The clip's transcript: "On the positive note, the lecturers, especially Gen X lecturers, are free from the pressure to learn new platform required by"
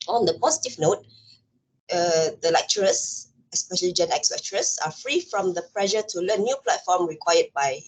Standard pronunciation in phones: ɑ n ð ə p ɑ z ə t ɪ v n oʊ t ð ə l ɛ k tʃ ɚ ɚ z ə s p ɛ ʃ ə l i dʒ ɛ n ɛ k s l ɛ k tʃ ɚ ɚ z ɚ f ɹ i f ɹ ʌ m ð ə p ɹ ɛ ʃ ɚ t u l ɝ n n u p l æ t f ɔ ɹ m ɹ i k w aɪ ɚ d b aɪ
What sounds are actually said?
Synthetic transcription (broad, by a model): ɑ n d ə p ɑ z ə t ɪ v n oʊ t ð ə l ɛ k tʃ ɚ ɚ s ə s p ɛ ʃ ə l i dʒ ɛ n ɛ k s l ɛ k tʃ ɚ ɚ s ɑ f ɹ i f ɹ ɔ m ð ə p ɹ ɛ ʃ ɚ t u l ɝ n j u p l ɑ t f ɔ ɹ m ɹ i k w aɪ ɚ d b aɪ